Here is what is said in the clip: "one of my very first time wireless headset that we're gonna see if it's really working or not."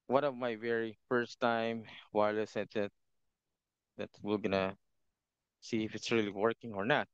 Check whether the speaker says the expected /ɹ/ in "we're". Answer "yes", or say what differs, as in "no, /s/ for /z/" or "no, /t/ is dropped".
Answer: no, /l/ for /ɹ/